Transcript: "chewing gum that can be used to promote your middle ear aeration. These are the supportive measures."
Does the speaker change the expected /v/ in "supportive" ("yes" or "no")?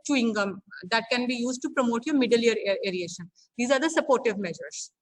no